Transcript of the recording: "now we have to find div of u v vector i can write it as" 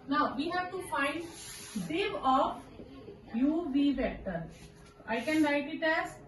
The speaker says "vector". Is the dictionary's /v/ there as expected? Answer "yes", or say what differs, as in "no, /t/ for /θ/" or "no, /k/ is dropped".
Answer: no, /b/ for /v/